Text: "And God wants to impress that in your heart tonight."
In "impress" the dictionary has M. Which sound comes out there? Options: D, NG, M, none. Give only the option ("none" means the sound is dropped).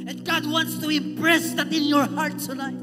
none